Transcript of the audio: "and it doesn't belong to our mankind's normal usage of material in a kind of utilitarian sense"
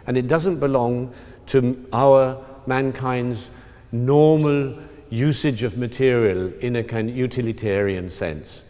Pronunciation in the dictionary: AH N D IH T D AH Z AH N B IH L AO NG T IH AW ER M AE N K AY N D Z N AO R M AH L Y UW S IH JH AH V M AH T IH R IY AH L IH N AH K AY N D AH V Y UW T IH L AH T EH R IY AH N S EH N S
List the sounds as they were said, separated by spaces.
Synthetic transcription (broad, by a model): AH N IH T D AH Z AH N B IH L AO NG T IH AW ER M AE N K AY N D Z N AO R M AH L Y UW S IH JH AH V M AH T IH R IY AH L IH N AH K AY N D Y UW T IH L AH T EH R IY AH N S EH N S